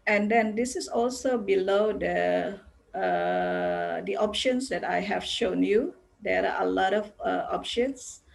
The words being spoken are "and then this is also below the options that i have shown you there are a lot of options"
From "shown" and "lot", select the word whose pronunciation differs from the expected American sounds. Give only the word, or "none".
none